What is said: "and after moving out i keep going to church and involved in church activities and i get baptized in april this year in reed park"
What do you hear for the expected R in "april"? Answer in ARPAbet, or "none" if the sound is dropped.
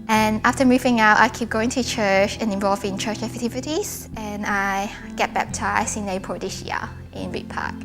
none